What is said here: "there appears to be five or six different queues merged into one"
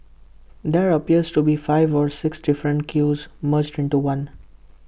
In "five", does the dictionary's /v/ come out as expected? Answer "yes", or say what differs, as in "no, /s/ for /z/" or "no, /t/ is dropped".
yes